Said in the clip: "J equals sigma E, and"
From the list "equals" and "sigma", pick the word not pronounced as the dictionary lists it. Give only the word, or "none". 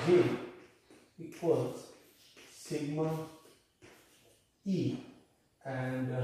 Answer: equals